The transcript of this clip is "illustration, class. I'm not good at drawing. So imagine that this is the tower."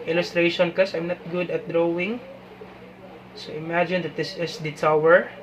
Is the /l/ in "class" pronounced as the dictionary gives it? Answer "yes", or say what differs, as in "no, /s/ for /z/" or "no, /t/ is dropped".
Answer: no, /l/ is dropped